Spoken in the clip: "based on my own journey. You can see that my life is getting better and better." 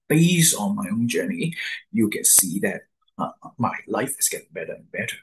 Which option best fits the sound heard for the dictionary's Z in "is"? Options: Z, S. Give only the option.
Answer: S